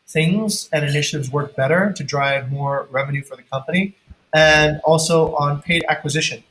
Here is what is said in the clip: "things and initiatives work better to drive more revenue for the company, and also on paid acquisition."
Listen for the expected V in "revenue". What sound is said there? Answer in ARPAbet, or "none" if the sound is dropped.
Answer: V